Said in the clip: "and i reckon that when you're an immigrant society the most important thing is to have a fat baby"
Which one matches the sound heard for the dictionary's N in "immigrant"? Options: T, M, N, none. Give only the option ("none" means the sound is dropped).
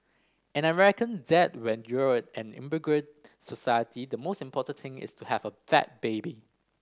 none